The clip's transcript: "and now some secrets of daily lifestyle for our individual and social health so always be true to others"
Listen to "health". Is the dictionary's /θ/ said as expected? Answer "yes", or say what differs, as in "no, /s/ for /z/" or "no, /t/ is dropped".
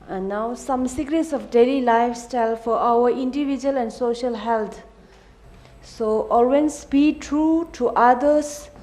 no, /t/ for /θ/